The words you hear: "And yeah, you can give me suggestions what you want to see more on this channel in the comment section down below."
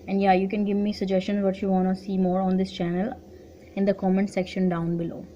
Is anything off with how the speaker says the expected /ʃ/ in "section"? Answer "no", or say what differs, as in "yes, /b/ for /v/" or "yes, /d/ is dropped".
no